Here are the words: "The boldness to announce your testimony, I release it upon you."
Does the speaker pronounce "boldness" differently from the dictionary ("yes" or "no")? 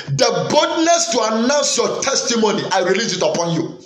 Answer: yes